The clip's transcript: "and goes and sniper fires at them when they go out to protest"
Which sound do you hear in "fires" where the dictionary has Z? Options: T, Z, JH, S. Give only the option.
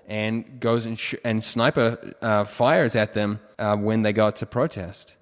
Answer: Z